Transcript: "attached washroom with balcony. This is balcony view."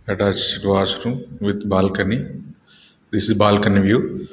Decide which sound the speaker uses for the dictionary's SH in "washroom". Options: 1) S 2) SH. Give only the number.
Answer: 1